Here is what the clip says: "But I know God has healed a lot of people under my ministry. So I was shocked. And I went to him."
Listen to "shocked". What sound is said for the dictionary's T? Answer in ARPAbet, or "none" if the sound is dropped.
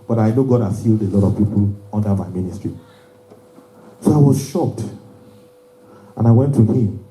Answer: T